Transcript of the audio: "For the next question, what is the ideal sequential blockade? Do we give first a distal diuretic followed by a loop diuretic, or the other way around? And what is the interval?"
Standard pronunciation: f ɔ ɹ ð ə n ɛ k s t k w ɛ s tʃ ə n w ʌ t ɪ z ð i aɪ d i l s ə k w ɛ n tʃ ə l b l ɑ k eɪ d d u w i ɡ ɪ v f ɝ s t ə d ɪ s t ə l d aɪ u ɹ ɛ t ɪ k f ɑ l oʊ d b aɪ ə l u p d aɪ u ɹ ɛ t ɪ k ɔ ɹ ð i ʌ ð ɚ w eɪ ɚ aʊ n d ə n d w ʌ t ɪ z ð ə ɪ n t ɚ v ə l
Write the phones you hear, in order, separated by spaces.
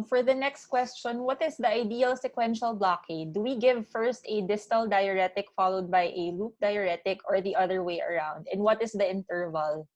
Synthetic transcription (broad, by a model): f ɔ ɹ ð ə n ɛ k s t k w ɛ s tʃ ə n w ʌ t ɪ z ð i aɪ d i l s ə k w ɛ n ʃ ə l b l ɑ k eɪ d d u w i ɡ ɪ v f ɝ s t ə d ɪ s t ə l d aɪ u ɹ ɛ t ɪ k f ɑ l oʊ d b aɪ ə l u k d aɪ u ɹ ɛ t ɪ k ɔ ɹ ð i ʌ ð ɚ w eɪ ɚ aʊ n d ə n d w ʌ t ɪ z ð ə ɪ n t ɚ v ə l